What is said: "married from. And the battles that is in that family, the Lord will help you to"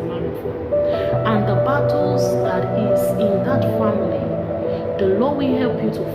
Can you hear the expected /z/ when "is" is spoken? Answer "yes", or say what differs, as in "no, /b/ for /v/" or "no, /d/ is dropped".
no, /s/ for /z/